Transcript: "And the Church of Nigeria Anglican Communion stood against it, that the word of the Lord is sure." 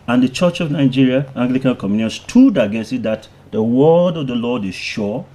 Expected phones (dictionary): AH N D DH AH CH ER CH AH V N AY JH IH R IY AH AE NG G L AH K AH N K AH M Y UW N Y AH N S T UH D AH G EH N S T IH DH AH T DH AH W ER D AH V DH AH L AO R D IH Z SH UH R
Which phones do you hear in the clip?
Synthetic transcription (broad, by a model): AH N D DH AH CH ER CH AH V N AY JH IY R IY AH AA NG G L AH K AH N K AH M Y UW N Y AH N S T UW D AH G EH S IH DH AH T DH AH W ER D AH V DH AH L AO D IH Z SH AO